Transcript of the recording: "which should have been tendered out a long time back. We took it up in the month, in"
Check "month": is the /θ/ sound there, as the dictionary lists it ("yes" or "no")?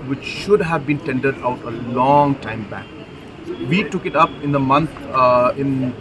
no